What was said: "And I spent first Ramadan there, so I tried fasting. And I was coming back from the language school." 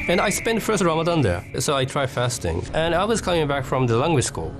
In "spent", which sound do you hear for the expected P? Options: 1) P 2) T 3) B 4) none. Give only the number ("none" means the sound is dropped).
1